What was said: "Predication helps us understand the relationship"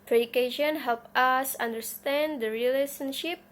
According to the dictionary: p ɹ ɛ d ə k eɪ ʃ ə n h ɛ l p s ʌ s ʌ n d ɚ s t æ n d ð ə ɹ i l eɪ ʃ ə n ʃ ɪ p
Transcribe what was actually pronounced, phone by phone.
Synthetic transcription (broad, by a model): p ɹ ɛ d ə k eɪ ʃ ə n h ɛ l p ʌ s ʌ n d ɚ s t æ n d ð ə ɹ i l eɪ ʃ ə n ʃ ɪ p